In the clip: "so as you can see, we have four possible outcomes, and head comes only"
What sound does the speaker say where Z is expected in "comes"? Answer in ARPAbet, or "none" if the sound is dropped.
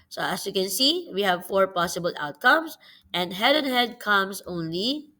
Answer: S